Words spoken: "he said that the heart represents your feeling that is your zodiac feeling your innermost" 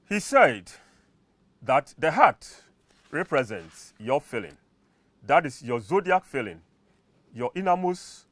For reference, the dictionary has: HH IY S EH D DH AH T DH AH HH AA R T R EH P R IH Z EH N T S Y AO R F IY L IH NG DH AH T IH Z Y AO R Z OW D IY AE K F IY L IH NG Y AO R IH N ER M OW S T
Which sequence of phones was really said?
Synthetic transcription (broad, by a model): HH IY S EH D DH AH T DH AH HH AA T R EH P R IH Z EH N T S Y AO F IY L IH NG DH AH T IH S Y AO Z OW D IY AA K F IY L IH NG Y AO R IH N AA M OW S